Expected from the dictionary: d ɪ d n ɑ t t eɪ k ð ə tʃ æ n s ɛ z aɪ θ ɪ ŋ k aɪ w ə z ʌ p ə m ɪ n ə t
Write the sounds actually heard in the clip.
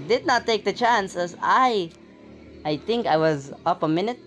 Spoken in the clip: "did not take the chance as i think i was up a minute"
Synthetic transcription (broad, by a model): d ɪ d n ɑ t t eɪ k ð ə tʃ æ n s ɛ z aɪ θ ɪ ŋ k aɪ w ə z ʌ p ə m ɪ n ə t